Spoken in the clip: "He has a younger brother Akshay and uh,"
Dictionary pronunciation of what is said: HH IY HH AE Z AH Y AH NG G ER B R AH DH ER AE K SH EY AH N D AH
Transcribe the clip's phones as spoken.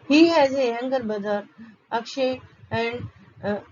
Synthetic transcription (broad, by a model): HH IY HH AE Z AH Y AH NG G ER B AH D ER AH K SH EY AH N D